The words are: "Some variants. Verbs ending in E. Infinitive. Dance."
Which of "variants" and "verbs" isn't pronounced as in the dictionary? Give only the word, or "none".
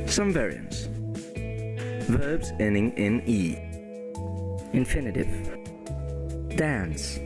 none